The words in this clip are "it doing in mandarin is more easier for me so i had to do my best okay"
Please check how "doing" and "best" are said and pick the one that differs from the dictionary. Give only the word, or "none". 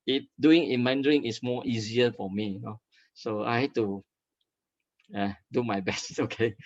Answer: none